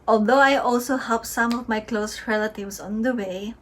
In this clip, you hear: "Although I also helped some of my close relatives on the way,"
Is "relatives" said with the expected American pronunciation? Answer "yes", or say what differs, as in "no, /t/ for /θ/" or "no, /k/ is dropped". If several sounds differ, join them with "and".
no, /s/ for /z/